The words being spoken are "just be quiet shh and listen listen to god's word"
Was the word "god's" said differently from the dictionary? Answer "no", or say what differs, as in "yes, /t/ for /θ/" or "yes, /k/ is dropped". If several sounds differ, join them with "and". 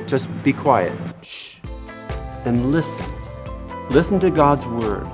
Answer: no